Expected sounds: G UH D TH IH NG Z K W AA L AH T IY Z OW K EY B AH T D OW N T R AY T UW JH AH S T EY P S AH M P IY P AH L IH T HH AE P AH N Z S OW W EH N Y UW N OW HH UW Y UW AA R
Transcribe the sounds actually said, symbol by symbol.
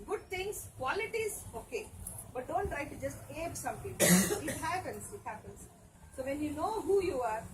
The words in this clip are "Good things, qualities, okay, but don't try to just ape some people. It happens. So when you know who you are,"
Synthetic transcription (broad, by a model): G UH D T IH NG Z K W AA L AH T IY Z OW K EY B AH T D OW N T R AY T UW JH AH S T EY B S AH M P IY P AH N IH T HH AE P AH N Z S OW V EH N Y UW N OW HH UW Y UW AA R